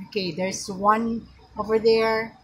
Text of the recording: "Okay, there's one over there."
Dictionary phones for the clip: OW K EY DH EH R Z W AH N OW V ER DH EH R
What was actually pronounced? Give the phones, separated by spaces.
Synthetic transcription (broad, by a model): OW K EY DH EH R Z W AH N OW V ER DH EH R